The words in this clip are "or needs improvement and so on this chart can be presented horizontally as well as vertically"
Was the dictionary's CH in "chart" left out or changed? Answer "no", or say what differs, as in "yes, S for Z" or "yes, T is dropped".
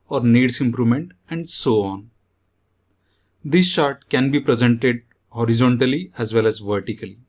yes, SH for CH